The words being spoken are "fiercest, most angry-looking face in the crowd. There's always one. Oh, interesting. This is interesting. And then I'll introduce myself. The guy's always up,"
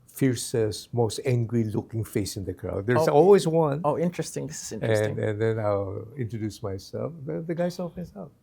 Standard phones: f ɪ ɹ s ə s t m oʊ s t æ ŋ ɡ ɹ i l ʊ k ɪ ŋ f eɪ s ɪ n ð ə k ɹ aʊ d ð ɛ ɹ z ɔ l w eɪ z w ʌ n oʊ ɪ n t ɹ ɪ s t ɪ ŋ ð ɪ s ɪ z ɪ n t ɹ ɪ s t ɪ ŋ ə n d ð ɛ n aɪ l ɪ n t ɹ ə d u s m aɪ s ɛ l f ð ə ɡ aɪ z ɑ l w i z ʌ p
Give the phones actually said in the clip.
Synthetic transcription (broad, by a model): f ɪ ɹ s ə s m oʊ s t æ ŋ ɡ ɹ i l ʊ k ɪ ŋ f eɪ s ɪ n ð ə k ɹ aʊ d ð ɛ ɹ ɔ l w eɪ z w ʌ n oʊ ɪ n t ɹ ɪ s t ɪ ŋ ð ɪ s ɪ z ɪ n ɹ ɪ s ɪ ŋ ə n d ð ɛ n aɪ l ɪ n t ɹ ə d u s m aɪ s ɛ l f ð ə ɡ aɪ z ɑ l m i s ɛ